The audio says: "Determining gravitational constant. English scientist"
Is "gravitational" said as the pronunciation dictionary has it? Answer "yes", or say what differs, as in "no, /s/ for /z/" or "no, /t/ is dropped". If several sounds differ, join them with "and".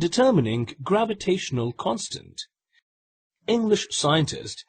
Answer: yes